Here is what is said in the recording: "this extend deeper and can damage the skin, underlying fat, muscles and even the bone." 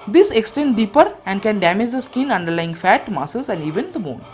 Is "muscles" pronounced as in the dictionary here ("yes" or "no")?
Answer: no